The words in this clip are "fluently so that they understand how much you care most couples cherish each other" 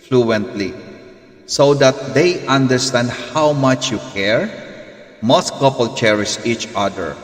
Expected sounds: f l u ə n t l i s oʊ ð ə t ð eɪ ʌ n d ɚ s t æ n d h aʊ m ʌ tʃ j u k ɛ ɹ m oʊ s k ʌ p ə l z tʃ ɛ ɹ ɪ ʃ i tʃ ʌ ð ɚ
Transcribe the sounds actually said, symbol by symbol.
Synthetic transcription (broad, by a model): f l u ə n t l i s oʊ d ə t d eɪ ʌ n d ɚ s t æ n d h aʊ m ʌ tʃ j u k ɛ ɹ m oʊ s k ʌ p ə l tʃ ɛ ɹ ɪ s i tʃ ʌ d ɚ